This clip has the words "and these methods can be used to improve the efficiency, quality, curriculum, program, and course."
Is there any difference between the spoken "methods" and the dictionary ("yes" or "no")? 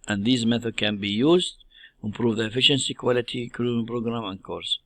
yes